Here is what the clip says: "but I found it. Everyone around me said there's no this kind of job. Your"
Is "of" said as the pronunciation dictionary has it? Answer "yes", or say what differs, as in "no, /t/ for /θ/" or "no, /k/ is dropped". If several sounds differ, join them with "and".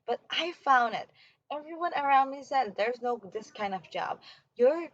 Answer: yes